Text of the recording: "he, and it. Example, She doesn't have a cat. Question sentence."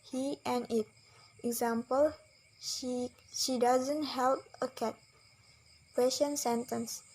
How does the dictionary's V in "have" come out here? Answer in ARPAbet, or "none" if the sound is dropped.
P